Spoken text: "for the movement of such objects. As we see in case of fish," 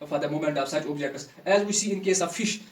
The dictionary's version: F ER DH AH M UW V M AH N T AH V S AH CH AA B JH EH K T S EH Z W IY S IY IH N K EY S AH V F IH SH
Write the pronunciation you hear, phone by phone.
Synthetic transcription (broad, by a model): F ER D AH M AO M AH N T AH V S AH CH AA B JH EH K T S EH Z W IY S IY IH N K EY S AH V F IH SH